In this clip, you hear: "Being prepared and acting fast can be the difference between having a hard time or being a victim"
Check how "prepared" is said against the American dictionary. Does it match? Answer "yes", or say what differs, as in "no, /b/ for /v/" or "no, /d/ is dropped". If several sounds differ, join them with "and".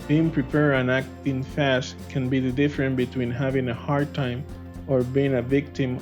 no, /d/ is dropped